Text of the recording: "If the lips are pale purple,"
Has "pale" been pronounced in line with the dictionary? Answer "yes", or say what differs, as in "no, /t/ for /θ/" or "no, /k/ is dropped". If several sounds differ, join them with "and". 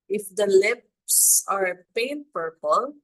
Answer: no, /n/ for /l/